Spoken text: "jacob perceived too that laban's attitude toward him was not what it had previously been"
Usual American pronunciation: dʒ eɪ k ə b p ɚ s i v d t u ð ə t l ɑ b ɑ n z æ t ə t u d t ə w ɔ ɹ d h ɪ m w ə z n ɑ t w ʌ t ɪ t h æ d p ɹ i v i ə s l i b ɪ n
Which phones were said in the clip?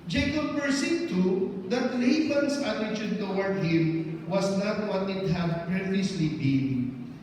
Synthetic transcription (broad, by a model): dʒ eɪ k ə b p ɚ s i d t u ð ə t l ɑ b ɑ n s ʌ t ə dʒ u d t ə w ɔ ɹ d h ɪ m w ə s n ɑ t w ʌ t ɪ t h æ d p ɹ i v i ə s l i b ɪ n